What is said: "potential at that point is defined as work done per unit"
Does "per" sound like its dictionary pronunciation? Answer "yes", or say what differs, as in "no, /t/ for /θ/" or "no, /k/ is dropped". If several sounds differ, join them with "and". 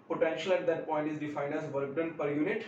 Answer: yes